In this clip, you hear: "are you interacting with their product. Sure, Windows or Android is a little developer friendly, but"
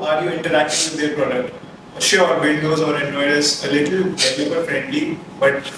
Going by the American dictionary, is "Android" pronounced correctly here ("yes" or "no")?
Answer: no